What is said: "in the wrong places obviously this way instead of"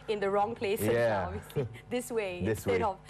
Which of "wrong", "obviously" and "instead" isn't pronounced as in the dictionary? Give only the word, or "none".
instead